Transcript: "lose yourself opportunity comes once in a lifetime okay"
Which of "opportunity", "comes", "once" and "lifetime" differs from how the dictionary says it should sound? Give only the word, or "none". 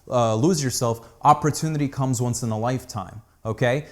none